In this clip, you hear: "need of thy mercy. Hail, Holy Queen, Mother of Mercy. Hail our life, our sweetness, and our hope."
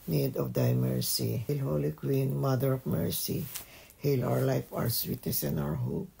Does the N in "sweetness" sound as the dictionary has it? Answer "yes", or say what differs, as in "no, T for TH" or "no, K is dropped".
no, N is dropped